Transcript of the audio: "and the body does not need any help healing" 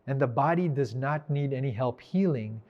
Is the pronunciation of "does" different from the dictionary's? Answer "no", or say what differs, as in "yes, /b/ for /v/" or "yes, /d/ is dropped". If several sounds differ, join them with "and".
no